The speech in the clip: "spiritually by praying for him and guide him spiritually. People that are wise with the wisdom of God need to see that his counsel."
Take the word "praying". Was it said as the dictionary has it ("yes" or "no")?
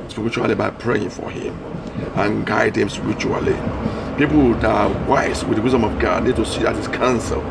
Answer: yes